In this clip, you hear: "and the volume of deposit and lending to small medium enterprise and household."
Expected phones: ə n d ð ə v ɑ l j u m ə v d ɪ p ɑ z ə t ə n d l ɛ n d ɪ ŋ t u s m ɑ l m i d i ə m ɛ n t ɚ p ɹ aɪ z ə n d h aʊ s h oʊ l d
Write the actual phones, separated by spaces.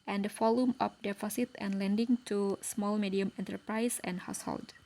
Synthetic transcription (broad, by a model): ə n d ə f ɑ l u m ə f d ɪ f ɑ s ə t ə n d l ɛ n d ɪ ŋ t u s m ɑ l m i d i ə m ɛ n t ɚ p ɹ aɪ s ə n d h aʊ s h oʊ l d